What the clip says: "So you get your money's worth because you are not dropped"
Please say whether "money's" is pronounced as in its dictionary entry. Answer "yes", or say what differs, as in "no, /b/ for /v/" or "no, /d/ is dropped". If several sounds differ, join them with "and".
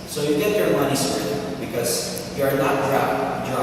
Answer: no, /s/ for /z/